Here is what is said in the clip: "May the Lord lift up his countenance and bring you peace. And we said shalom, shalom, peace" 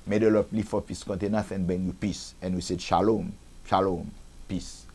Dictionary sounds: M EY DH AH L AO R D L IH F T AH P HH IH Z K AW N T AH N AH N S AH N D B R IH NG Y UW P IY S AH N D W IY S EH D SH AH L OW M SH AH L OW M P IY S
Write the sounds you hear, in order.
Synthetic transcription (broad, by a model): M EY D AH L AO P L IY F AO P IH S K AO N T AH N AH S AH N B EH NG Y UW P IY S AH N W IY S EH D SH AH L OW M SH AH L OW M P IY S